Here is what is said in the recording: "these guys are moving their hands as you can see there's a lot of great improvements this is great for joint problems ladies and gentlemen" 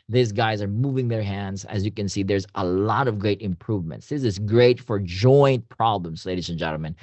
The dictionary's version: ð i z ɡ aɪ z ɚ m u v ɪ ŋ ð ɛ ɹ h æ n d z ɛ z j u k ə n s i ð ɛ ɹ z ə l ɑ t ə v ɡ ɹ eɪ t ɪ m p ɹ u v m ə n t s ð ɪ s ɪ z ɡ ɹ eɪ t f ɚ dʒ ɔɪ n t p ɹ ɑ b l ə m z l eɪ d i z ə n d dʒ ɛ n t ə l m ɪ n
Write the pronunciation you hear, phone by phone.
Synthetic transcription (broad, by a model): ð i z ɡ aɪ z ɚ m u v ɪ ŋ ð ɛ ɹ h æ n d z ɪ z j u k ə n s i ð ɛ ɹ z ə l ɑ t ə v ɡ ɹ eɪ t ɪ m p ɹ u v m ə n t s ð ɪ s ɪ z ɡ ɹ eɪ t f ɚ dʒ ɔɪ n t p ɹ ɑ b l ə m z l eɪ d i z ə n dʒ ɛ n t l m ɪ n